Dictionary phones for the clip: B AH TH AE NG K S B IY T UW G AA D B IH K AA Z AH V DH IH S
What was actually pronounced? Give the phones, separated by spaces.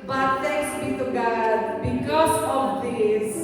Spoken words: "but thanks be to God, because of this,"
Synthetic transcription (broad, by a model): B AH T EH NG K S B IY T UW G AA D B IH K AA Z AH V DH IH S